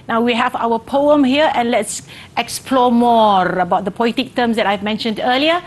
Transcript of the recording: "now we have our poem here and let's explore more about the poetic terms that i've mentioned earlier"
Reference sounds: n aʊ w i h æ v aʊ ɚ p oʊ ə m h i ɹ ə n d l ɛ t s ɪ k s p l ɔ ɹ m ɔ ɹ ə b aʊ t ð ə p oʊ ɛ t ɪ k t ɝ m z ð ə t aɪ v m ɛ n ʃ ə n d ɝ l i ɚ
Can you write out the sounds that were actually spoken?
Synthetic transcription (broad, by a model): n aʊ w i h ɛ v aʊ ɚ p oʊ ə m h i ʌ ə n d l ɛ t s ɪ k s p l ɔ m ɔ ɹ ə b aʊ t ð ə p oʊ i t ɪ k t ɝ m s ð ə t aɪ v m ɛ n ʃ ə n d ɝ l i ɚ